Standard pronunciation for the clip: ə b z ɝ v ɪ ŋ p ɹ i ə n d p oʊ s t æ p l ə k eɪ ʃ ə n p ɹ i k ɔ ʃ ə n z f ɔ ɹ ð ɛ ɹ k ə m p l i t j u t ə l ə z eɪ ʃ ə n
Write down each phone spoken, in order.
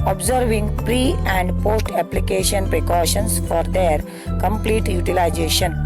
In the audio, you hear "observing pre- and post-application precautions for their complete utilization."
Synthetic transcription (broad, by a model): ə b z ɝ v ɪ ŋ p ɹ i ə n d p oʊ s t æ p l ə k eɪ ʃ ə n p ɹ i k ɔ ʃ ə n s f ɔ ɹ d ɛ ɹ k ə m p l i t j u t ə l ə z eɪ ʃ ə n